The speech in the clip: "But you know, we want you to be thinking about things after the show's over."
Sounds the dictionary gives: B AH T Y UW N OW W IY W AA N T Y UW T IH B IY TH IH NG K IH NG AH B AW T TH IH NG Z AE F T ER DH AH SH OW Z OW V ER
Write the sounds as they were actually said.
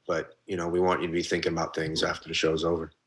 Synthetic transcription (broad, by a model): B AH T Y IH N OW W IY W AA N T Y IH T IH B IY TH IH NG K IH NG AH B AW T TH IH NG Z AE F T ER DH AH SH OW Z OW V ER